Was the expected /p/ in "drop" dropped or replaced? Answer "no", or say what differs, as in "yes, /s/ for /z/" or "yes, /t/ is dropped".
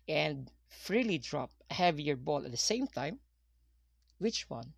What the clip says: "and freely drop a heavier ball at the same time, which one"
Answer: no